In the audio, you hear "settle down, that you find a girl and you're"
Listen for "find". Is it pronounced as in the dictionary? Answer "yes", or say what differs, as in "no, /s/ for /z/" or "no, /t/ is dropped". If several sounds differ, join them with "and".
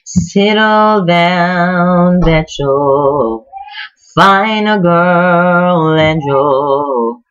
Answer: no, /d/ is dropped